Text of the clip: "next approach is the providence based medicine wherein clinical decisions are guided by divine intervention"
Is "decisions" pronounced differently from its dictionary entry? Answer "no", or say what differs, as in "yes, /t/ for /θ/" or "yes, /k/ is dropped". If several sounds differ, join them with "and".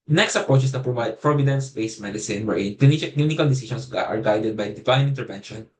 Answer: yes, /s/ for /ʒ/ and /s/ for /z/